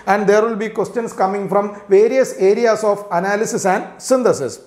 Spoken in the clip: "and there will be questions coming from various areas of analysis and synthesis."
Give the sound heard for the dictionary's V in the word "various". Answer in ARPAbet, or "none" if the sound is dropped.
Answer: V